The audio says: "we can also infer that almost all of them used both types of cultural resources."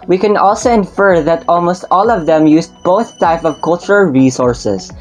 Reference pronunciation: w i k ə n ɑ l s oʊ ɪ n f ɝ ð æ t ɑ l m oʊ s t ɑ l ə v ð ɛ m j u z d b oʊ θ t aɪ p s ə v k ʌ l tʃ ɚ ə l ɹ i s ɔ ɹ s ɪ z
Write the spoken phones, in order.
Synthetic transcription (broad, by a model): w i k ə n ɑ l s oʊ ɪ n f ɝ ð æ t ɑ l m oʊ s t ɑ l ə v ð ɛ m j u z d b oʊ θ t aɪ p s ə v k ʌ l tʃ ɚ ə l ɹ i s ɔ ɹ s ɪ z